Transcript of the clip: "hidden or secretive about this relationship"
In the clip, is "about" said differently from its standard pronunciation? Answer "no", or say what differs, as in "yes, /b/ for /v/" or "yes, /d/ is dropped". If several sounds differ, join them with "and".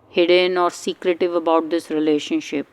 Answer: no